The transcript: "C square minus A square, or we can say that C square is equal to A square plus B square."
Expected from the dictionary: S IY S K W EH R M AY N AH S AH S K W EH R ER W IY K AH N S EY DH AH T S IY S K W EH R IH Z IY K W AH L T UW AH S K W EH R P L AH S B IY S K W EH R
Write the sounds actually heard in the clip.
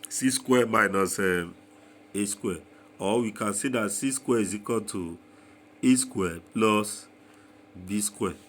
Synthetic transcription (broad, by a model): S IY S K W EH M AY N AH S AH S K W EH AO W IY K AH N S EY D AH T S IY S K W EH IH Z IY K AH N T UW AH S K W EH P L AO S B IY S K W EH